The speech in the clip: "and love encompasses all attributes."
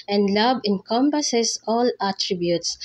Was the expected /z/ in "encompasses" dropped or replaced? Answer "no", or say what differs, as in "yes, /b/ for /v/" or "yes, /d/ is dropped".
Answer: yes, /s/ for /z/